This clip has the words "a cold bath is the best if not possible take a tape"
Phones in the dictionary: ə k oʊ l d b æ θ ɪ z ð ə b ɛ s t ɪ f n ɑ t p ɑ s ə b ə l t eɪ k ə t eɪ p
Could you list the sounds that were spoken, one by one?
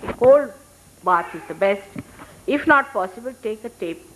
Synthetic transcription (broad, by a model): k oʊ l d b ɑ t ɪ z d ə b ɛ s t ɪ f n ɑ t p ɑ s ə b ə l t eɪ k ə t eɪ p